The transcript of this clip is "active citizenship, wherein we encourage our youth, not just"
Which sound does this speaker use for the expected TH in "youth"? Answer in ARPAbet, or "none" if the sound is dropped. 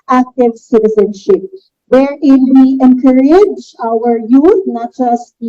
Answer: T